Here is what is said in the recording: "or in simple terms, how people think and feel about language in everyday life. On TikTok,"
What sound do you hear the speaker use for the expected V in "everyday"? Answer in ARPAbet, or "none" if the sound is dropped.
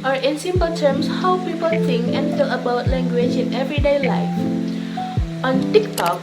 V